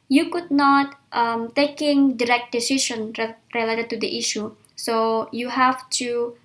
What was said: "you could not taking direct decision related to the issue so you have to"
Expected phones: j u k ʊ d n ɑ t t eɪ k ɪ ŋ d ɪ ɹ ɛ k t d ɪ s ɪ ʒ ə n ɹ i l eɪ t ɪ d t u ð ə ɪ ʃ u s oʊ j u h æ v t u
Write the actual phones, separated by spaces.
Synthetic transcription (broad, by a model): j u k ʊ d n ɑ t t eɪ k ɪ ŋ d ɪ ɹ ɛ k t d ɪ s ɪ ʃ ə n ɹ i l eɪ t ɪ d t u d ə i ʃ u s oʊ j u h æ f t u